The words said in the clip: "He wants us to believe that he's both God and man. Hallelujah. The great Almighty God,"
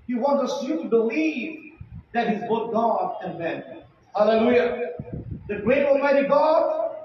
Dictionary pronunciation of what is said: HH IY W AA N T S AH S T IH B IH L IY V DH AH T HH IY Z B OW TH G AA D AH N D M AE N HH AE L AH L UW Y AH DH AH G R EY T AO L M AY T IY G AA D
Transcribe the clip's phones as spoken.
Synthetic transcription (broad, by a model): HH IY W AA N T AH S T IH B IH L IY V DH AH T HH IY Z B OW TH G AA D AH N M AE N HH AE L AH L UW Y AH DH AH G R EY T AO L M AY T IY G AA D